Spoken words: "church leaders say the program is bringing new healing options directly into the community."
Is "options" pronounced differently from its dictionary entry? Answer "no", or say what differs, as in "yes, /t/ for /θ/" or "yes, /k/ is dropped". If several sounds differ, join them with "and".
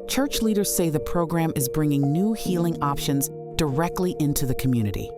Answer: no